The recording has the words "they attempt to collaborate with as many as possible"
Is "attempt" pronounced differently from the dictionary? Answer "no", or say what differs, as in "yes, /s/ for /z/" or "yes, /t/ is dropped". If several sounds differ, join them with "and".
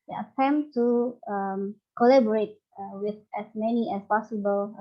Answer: yes, /p/ is dropped